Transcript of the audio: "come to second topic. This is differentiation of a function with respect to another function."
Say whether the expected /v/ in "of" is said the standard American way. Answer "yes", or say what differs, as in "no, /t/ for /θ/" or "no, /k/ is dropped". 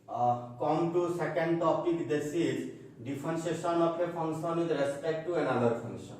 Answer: no, /p/ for /v/